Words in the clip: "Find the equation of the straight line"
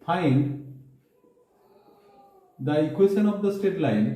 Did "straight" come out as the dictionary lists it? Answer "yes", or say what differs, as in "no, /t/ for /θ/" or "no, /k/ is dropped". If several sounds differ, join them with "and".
no, /ɹ/ is dropped